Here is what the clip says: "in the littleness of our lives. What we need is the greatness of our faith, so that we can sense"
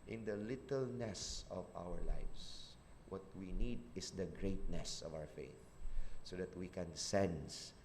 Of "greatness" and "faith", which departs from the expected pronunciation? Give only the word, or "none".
none